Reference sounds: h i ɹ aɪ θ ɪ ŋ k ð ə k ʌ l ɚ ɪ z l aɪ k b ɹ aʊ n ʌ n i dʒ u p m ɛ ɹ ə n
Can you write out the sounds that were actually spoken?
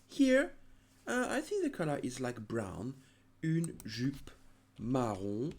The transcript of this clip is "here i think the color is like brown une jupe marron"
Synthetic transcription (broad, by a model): h i ɹ aɪ θ ɪ ŋ k ð ə k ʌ l ɚ ɪ z l aɪ k b ɹ aʊ n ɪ n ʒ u p m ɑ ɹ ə